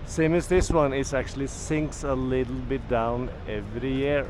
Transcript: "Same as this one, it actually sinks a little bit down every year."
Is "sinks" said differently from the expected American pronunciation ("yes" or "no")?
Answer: no